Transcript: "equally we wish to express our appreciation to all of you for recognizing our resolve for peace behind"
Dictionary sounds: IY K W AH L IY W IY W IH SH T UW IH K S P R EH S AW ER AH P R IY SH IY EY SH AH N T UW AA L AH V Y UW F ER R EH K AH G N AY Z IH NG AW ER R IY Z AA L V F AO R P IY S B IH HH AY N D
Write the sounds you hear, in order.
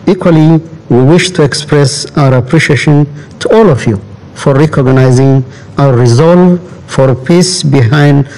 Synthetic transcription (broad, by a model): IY K W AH L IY W IY W IH SH T UW IH K S P R EH S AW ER AH P R IY SH IY EY SH AH N T UW AA L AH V Y UW F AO R EH K AH G N AY Z IH NG AW ER R IY Z AA L V F AO R P IY S B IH HH AY N D